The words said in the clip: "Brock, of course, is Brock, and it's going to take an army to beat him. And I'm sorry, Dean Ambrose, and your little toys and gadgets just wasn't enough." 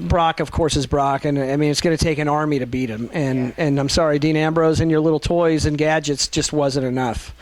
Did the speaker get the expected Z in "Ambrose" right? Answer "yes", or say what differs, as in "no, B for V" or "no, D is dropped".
yes